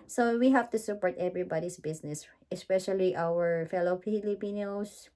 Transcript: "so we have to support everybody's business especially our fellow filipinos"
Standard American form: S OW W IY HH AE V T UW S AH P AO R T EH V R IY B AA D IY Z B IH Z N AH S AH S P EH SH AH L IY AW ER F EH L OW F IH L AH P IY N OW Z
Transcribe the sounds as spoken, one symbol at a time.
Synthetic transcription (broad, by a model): S OW W IY HH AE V T UW S AH P AO R T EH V R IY B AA D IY S B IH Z N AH S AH S P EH SH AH L IY AW ER F EH L OW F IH L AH P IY N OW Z